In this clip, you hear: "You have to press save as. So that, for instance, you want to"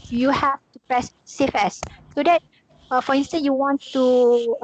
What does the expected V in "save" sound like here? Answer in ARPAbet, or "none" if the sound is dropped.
F